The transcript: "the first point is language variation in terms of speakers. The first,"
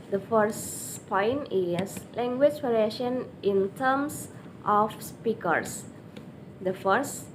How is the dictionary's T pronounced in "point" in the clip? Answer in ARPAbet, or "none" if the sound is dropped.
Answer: none